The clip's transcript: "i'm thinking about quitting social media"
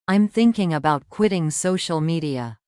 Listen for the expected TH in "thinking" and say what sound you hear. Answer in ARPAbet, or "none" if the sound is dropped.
TH